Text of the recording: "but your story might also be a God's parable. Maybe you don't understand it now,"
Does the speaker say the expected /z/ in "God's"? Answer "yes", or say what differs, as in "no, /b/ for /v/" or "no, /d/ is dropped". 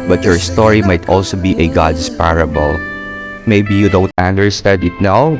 no, /s/ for /z/